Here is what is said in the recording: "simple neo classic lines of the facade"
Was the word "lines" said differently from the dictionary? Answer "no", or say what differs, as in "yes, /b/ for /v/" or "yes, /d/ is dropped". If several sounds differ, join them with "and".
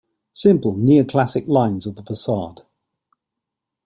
no